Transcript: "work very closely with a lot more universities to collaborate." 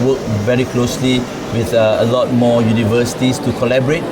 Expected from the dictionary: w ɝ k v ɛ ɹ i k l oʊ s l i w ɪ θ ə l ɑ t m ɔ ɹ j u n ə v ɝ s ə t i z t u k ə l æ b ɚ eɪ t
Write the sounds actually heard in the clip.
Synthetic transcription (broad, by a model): w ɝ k v ɛ ɹ i k l oʊ s l i w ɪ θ ə l ɑ t m ɔ j u n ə v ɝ s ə t i s t u k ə l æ b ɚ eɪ t